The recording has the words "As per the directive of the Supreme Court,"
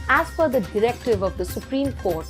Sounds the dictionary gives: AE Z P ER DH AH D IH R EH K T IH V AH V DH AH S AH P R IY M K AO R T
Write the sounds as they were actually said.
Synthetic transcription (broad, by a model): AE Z F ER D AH D IH R EH K T IH V AH V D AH S AH P R IY M K AO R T